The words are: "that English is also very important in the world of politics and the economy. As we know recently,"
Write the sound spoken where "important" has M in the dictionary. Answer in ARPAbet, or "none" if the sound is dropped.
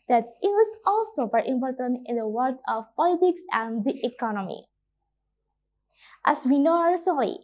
M